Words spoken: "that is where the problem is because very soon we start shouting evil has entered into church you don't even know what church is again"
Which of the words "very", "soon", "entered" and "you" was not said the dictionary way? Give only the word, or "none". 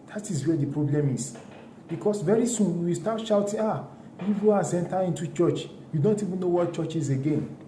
entered